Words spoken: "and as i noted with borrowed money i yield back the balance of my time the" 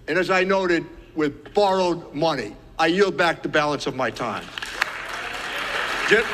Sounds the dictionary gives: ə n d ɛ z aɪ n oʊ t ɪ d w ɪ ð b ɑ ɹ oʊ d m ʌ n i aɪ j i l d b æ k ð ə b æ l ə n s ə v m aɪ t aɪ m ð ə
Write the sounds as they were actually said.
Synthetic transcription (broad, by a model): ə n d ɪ z aɪ n oʊ t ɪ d w ɪ ð b ɑ ɹ oʊ d m ʌ n i aɪ j i l d b æ k ð ə b æ l ə n s ə v m aɪ t aɪ m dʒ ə